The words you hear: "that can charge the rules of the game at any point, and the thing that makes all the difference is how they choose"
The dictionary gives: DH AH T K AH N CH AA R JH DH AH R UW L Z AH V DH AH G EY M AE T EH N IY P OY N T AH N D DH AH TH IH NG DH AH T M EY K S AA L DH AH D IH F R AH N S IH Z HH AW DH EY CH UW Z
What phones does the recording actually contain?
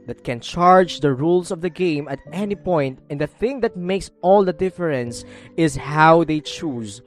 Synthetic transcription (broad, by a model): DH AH T K AH N CH AA R JH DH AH R UW L S AH V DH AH G EY M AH T EH N IY P OY N T AH N D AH TH IH NG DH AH T M EY K S AA L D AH D IH F R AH N S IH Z HH AW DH EY CH UW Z